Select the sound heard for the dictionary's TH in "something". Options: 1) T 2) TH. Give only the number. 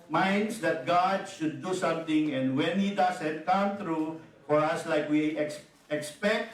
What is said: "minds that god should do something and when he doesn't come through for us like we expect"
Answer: 1